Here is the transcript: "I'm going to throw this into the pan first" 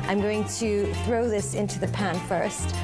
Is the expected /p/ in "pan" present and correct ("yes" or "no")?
yes